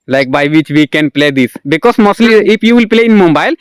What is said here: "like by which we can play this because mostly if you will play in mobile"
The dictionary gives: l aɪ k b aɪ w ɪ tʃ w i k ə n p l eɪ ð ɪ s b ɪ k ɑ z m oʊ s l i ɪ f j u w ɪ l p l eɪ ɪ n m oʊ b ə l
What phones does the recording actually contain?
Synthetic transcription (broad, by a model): l aɪ k b aɪ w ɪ tʃ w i k ə n p l eɪ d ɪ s b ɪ k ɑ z m oʊ s l i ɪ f j u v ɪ l p l eɪ ɪ n m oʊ b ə l